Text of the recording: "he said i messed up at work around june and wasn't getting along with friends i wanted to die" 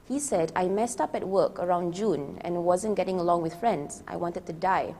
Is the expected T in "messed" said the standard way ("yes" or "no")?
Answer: yes